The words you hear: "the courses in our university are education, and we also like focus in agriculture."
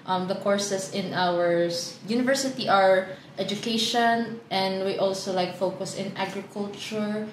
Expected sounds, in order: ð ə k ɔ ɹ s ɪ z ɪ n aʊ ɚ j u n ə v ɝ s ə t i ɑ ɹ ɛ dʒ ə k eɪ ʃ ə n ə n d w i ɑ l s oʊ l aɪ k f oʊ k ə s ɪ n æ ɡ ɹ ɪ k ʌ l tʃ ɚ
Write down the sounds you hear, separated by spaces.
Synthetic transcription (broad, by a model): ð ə k ɔ ɹ s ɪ s ɪ n aʊ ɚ j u n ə v ɝ s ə t i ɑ ɹ ɛ dʒ ə k eɪ ʃ ə n ə n d w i ɑ l s oʊ l aɪ k f oʊ k ə s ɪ n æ ɡ ɹ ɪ k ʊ l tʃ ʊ